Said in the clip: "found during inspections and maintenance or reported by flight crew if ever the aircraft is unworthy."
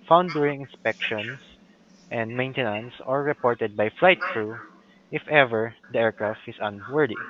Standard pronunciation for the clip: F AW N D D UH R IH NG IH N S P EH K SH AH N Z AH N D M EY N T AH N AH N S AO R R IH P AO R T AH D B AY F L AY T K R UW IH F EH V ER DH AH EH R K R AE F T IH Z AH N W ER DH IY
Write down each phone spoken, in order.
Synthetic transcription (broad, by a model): F AW N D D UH R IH NG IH N S P EH K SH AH N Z AH N D M EY N T AH N AH N S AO R R IH P AO R T AH D B AY F L AY T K R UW IH F EH V ER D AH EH R K R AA F T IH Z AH N W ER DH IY